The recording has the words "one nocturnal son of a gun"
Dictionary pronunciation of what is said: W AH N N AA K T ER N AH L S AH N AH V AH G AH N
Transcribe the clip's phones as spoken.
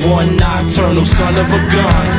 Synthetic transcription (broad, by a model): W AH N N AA T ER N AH S AH N AH V AH G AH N